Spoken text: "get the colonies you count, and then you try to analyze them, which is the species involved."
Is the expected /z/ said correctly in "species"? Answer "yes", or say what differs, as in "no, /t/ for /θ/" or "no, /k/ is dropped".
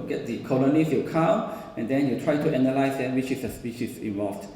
no, /s/ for /z/